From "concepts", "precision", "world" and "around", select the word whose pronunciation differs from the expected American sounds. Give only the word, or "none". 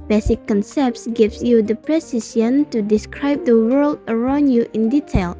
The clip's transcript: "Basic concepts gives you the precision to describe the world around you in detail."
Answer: precision